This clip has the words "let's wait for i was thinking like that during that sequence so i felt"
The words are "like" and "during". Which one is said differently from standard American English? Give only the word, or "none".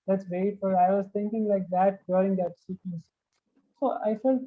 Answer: during